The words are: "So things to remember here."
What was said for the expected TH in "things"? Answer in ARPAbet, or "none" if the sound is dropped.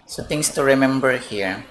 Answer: T